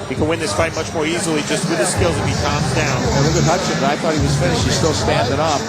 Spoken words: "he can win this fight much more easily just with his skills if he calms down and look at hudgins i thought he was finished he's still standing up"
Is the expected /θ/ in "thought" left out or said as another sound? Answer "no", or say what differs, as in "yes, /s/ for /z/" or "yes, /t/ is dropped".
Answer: no